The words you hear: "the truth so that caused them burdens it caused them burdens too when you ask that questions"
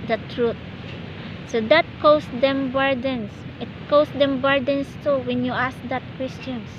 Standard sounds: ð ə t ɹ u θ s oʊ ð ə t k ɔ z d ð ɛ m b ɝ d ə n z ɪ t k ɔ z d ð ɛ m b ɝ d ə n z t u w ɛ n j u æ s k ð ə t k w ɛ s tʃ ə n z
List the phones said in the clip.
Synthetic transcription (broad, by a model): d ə t ɹ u t s oʊ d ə t k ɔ s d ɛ m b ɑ d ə n s ɪ t k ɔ s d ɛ m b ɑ d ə n s t u w ɛ n j u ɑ s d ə t k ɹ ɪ s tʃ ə n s